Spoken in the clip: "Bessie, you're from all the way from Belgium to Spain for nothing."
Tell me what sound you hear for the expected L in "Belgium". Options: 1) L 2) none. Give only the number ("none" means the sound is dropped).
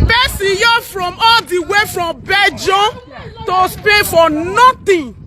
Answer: 2